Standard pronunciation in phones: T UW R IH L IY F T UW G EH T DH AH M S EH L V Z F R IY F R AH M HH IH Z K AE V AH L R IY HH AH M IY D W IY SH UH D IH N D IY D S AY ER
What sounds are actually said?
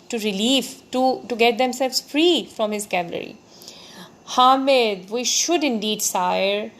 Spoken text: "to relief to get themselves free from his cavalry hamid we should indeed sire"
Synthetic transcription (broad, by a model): T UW R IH L IY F T UW G EH T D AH M S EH L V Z F R IY F R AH M HH IH Z K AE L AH R IY HH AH M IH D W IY SH UH D IH N D IY D S AY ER